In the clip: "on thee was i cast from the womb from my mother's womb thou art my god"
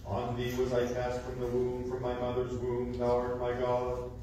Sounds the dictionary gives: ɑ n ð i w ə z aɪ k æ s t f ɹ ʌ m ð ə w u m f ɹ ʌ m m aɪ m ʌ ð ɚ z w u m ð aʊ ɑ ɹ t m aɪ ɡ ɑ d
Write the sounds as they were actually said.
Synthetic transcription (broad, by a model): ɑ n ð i w ə z aɪ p æ s t f ɹ ʌ m ð ə w u m f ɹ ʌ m m aɪ m ʌ ð ɚ z w u m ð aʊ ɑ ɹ m aɪ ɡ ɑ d